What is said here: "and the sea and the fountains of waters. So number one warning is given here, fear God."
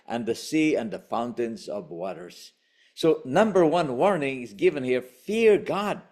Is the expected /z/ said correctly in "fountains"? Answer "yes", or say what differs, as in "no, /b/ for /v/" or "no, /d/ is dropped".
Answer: yes